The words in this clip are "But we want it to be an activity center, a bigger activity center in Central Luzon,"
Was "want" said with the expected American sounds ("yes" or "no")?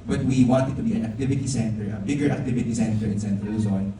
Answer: yes